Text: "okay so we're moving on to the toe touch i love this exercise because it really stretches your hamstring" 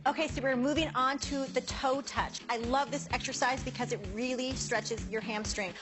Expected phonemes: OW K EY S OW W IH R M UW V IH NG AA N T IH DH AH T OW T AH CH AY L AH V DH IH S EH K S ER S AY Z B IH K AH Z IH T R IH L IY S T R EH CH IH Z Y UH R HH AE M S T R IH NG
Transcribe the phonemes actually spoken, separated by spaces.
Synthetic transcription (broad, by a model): OW K EY S OW W IH R M UW V IH NG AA N T IH DH AH T OW T AH CH AY L AH V DH IH S EH K S ER S AY Z B IH K AH Z IH T R IH L IY S T R EH CH IH Z Y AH R HH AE M S T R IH NG